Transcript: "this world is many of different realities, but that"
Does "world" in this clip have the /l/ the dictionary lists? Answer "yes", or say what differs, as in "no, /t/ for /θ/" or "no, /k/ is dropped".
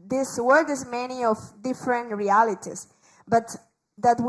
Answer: no, /l/ is dropped